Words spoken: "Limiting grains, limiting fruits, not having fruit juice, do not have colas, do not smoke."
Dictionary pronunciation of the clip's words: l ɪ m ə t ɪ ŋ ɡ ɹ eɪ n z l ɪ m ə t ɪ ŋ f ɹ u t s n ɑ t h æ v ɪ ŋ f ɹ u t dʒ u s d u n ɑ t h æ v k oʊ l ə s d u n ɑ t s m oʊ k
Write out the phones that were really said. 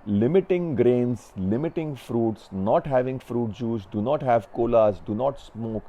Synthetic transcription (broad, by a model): l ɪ m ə t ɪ ŋ ɡ ɹ eɪ n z l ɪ m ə t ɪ ŋ f ɹ u t s n ɑ t h æ v ɪ ŋ f ɹ u t dʒ u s d u n ɑ t h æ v k oʊ l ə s d u n ɑ t s m oʊ k